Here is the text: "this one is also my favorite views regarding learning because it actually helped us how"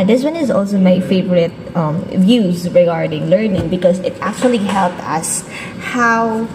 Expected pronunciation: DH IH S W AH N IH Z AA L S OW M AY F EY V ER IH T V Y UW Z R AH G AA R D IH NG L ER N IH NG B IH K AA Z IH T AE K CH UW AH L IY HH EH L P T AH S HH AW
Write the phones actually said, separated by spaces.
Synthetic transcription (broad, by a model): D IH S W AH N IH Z AA L S OW M AY F EY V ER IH T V Y UW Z R AH G AA R D IH NG L ER N IH NG B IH K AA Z IH T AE K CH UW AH L IY HH EH L P T AH S HH AW